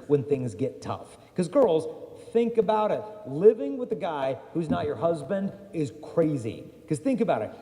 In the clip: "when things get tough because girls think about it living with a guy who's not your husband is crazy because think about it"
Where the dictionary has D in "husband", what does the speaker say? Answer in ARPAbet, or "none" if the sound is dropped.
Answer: D